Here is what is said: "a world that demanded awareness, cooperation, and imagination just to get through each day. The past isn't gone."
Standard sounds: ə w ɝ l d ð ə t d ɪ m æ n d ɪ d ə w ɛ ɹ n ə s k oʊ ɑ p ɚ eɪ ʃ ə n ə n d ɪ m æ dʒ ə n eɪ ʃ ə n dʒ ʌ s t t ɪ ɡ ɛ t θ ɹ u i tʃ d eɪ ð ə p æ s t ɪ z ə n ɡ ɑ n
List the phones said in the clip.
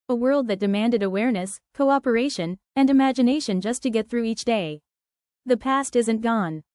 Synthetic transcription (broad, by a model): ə w ɝ l d ð ə t d ɪ m æ n d ɪ d ə w ɛ ɹ n ə s k oʊ ɑ p ɚ eɪ ʃ ə n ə n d ɪ m æ dʒ ə n eɪ ʃ ə n dʒ ʌ s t t ɪ ɡ ɛ t θ ɹ u i tʃ d eɪ ð ə p æ s t ɪ z ə n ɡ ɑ n